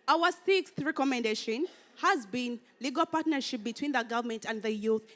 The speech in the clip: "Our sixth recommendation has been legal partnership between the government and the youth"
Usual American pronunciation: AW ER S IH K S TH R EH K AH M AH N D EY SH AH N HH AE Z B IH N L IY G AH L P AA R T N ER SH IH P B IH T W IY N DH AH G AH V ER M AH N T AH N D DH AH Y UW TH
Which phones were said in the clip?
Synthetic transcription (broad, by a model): AW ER S IH K S TH R EH K AH M AH N D EY SH AH N HH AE Z B IH N L IY G AH L P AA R T N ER SH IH P B IH T W IY N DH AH G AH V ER M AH N T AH N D DH AH Y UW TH